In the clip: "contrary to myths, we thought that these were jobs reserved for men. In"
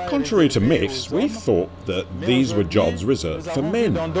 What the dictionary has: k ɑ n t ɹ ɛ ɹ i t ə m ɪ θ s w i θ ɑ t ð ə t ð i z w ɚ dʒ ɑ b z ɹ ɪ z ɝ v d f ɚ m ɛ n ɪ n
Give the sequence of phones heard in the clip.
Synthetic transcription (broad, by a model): k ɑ n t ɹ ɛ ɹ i t ə m ɪ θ s w i θ ɑ t ð ə t ð i z w ɚ dʒ ɑ b z ɹ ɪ z ɝ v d f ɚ m ɛ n n